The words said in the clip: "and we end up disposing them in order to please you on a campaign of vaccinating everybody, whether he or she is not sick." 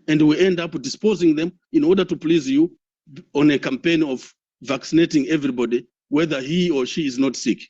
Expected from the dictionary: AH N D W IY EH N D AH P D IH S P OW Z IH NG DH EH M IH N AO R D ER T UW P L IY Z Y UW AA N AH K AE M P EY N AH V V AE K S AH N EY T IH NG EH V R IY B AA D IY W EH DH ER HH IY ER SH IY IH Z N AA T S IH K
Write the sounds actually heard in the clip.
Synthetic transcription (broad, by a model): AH N D W IY EH N D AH P D IH S P OW Z IH NG DH EH M IH N AO R D ER T UW P L IY Z Y UW AA N AH K AE M P EY N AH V V AE K S AH N EY T IH NG EH V R IY B AA D IY W EH DH ER HH IY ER SH IY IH Z N AA T S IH K